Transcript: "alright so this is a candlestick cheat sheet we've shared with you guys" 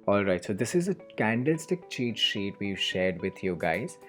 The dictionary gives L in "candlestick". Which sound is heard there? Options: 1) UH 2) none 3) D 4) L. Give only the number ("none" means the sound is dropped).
4